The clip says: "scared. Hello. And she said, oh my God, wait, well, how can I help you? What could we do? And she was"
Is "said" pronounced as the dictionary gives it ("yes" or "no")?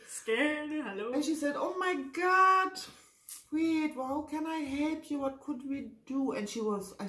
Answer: yes